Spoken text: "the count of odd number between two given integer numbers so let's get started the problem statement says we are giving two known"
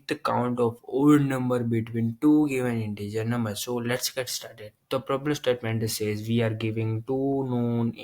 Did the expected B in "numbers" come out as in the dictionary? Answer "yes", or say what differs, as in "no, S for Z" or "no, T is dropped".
no, B is dropped